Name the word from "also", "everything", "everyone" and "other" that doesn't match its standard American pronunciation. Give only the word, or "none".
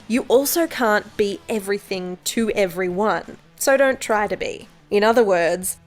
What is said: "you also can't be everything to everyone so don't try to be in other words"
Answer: none